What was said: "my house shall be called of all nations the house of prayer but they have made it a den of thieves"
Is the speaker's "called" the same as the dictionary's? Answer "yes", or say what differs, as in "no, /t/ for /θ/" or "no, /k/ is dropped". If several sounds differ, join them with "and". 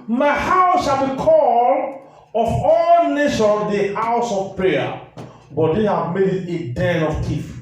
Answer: no, /d/ is dropped